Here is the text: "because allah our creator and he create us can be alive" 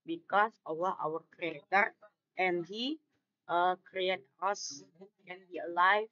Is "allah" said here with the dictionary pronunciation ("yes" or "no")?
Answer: no